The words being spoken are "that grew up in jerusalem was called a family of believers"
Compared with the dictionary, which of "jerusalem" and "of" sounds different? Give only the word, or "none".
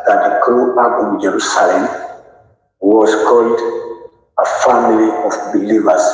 of